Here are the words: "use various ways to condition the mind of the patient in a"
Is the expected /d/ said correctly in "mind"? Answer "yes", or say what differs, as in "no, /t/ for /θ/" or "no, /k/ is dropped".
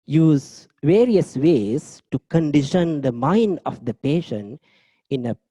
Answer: yes